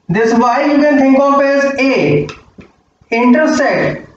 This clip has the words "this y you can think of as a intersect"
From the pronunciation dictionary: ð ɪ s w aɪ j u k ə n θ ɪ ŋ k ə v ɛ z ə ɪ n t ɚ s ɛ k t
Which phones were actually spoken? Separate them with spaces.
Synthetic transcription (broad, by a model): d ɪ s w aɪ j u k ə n t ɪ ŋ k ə f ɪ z ə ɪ n t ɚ s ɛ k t